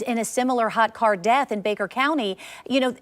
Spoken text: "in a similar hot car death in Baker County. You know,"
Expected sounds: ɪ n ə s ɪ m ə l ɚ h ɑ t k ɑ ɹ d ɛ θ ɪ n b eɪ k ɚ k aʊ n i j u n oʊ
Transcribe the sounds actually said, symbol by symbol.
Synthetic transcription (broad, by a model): ɪ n ə s ɪ m l ɚ h ɑ t k ɑ ɹ d ɛ θ ɪ n b eɪ k ɚ k aʊ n i j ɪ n oʊ